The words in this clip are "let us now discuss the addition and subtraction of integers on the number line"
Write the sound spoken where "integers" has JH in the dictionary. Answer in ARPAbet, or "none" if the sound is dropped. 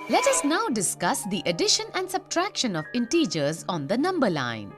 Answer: JH